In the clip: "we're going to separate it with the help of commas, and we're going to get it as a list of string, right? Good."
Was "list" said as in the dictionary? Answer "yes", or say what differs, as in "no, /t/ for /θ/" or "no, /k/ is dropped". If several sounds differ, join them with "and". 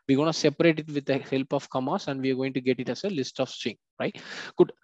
yes